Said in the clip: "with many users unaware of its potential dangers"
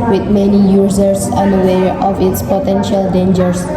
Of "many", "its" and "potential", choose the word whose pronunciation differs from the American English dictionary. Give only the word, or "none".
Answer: none